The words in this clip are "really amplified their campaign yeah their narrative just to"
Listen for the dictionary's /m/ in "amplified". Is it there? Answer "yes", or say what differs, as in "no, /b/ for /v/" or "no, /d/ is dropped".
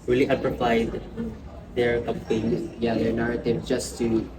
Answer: no, /m/ is dropped